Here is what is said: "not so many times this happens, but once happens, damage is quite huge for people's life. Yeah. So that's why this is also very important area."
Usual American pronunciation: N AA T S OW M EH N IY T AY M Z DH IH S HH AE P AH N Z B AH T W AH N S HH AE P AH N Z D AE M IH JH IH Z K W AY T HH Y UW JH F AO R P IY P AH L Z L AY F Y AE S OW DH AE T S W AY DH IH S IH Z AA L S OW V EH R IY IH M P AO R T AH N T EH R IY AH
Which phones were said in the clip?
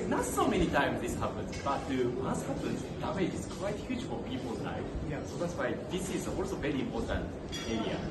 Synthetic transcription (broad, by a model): N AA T S OW M EH N IY T AY M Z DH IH S HH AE P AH N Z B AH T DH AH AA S HH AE P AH N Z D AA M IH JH IH Z K W AY T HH Y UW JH F AO R P IY P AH L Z N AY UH S OW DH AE T S W AY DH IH S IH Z AA L S OW V EH R IY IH M P AO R T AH N T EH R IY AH